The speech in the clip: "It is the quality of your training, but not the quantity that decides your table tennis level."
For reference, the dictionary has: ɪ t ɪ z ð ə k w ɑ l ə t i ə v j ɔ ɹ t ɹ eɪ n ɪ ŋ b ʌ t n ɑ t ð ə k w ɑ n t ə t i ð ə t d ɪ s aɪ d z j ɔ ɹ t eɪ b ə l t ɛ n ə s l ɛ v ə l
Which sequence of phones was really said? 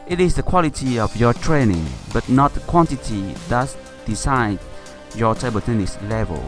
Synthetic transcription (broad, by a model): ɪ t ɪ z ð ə k w ɑ l ə t i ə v j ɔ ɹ t ɹ eɪ n ɪ ŋ b ʌ t n ɑ t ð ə k w ɑ n t ə t i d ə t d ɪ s aɪ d j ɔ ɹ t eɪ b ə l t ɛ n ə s l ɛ v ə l